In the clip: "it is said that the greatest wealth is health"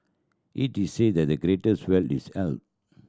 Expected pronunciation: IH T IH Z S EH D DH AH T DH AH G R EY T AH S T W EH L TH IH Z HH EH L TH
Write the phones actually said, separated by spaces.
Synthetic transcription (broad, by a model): IH T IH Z S EH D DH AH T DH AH G R EY T AH S T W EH L T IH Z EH L T